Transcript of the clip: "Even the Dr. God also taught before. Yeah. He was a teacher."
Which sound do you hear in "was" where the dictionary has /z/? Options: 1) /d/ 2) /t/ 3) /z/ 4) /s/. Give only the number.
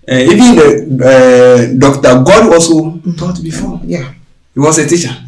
4